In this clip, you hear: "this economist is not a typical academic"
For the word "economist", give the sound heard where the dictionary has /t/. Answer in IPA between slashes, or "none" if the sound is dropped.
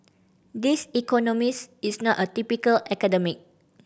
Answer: none